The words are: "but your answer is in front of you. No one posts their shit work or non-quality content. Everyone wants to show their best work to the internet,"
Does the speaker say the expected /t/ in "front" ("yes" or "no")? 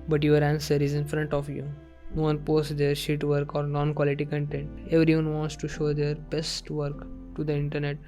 yes